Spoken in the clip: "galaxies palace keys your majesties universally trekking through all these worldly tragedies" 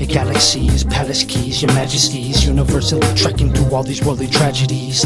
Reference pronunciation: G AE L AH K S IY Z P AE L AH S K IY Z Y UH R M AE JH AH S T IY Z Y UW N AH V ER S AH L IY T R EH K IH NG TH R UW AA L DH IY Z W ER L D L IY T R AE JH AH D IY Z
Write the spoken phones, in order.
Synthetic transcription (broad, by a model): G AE L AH K S IY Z P AE L AH S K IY Z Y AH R M AE JH AH S T IY Z Y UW N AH V ER S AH L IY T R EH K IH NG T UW AA L DH IY Z W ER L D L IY T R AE JH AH D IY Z